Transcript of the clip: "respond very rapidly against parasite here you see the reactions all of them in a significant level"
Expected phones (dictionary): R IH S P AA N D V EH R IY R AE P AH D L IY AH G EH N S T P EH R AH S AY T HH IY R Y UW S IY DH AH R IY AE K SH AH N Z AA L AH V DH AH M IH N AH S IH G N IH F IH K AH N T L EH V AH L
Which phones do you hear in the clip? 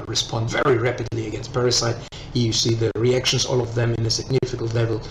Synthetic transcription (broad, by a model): R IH S P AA N D V EH R IY R AE P AH D L IY AH G EH N S T P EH R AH S AY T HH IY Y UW S IY DH AH R IY AE K SH AH N Z AA L AH V DH AH M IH N AH S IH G N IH F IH K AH L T L EH V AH L